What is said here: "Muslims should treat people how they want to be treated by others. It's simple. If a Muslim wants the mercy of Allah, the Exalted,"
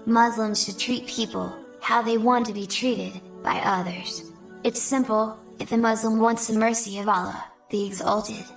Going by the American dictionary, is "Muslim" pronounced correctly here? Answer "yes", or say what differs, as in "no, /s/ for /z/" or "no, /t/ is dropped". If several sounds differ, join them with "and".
yes